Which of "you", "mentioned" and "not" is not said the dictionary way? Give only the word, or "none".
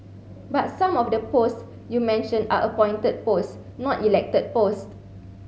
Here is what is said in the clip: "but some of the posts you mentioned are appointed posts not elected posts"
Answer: mentioned